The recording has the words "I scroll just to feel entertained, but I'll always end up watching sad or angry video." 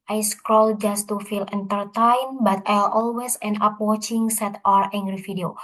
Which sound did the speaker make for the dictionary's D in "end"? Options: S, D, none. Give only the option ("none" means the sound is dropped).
none